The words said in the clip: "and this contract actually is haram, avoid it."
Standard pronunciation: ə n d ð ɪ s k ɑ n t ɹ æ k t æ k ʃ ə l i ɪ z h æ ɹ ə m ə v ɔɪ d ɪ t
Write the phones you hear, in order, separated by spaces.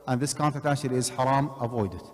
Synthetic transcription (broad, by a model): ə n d ð ɪ s k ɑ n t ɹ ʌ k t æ ʃ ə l ɪ z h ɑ ɹ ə m ə v ɔɪ d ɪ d